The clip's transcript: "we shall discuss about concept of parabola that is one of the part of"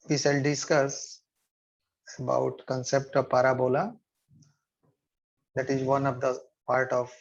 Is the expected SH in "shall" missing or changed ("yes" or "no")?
yes